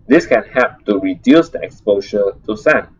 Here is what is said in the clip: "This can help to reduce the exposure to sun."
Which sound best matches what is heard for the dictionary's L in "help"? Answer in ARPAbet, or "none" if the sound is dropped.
none